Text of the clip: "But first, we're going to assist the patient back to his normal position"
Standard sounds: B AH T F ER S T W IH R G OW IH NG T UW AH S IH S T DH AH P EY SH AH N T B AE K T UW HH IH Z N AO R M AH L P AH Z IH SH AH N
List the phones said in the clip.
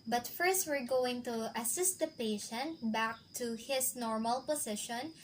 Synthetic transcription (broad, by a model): B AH T F ER S T W IH R G OW IH NG T UW AH S IH S T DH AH P EY SH AH N T B AE K T UW HH IH S N AO R M AH L P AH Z IH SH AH N